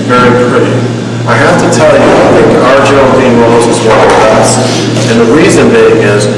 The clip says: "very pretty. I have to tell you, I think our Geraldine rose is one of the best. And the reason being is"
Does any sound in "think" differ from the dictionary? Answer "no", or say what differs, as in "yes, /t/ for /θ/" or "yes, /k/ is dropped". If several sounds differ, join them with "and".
no